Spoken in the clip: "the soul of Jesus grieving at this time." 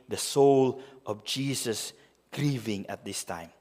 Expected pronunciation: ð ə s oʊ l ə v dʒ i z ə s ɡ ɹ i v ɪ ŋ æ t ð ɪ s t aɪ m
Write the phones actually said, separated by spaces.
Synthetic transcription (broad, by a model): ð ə s oʊ l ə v dʒ i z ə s ɡ ɹ i v ɪ ŋ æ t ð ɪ s t aɪ m